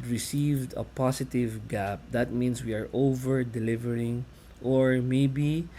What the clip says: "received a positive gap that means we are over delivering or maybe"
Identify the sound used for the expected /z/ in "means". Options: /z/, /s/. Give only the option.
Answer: /s/